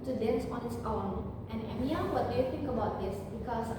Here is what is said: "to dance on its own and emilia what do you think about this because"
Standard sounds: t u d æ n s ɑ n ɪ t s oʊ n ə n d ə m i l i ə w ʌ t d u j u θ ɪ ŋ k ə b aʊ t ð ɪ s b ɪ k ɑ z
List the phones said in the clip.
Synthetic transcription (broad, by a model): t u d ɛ n s ɑ n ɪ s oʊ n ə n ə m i i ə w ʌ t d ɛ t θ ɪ ŋ k ə b aʊ t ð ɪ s b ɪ k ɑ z